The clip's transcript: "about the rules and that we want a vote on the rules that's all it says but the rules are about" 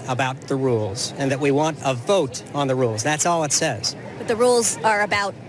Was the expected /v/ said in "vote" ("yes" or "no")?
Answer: yes